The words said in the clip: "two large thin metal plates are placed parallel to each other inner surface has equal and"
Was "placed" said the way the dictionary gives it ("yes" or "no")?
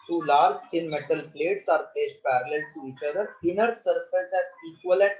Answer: no